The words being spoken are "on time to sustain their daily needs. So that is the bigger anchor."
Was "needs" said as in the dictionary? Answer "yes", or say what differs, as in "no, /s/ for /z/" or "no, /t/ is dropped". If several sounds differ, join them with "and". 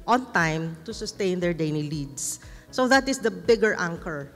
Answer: no, /l/ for /n/